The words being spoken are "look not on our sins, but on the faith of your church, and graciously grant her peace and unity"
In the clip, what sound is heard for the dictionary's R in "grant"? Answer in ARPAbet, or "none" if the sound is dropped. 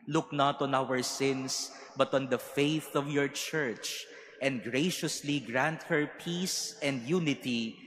R